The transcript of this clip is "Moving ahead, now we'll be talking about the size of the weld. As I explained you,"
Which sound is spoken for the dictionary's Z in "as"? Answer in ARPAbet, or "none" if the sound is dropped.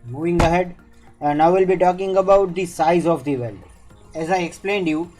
Z